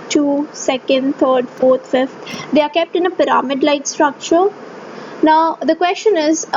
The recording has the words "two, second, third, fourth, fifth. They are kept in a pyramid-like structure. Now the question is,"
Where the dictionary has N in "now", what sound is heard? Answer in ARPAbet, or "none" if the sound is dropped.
N